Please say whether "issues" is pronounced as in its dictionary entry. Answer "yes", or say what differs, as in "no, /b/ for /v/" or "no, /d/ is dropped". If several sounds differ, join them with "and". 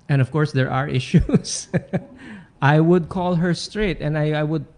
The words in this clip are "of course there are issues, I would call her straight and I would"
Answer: no, /s/ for /z/